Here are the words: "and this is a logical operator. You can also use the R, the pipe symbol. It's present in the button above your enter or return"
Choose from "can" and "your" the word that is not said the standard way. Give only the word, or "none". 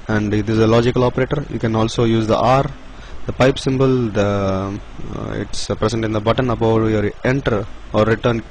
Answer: none